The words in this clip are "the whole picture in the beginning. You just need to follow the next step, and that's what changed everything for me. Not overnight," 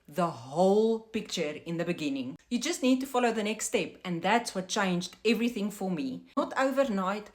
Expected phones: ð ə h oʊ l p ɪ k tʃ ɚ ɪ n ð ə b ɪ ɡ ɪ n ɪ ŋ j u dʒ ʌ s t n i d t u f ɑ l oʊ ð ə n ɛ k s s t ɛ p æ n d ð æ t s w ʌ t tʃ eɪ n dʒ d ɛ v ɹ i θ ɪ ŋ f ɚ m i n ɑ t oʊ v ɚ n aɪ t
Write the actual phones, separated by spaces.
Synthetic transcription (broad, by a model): ð ə h oʊ l p ɪ k tʃ ɚ ɪ n ð ə b ɪ ɡ ɪ n ɪ ŋ j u dʒ ʌ s t n i d t u f ɑ l oʊ ð ə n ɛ k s s t ɛ p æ n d ð æ t s w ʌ t tʃ eɪ n dʒ d ɛ v ɹ i θ ɪ ŋ f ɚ m i n ɑ t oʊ v ɚ n aɪ t